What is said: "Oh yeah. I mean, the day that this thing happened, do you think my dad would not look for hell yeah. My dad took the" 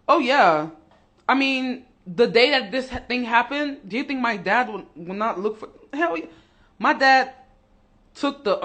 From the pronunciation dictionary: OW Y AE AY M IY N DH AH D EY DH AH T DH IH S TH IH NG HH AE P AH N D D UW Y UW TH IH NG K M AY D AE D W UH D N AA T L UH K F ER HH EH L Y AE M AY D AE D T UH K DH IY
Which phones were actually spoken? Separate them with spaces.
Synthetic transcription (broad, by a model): OW Y AE AY M IY N DH AH D EY DH AH T DH IH S TH IH NG HH AE P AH N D D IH Y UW TH IH NG K M AY D AE D W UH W N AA T L UH K F ER HH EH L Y M AY D AE D T UH K DH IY